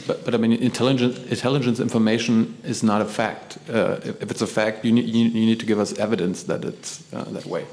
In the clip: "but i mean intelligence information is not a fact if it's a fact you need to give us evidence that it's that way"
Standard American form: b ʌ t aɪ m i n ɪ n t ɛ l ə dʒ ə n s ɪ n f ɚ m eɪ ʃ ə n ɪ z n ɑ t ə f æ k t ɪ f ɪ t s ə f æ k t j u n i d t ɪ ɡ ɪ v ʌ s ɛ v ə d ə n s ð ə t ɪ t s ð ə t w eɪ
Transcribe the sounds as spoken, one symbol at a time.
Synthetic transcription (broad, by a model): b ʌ t aɪ m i n ɪ n t ɛ l ə dʒ ə n s ɪ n f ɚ m eɪ ʃ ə n ɪ z n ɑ t ə f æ k t ɪ f ɪ t s ə f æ k t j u n i d t ɪ ɡ ɪ v ʌ s ɛ v ə d ə n s ð ə t ɪ t s ð ə t w eɪ